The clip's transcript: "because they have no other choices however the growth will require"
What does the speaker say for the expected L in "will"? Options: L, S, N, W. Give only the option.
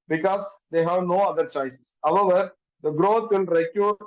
N